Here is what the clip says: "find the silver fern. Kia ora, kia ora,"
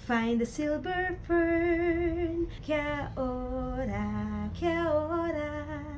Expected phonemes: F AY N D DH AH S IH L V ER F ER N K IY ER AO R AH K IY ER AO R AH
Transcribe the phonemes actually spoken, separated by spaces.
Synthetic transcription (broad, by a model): F AY N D DH AH S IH L B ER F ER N K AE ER AO R AH K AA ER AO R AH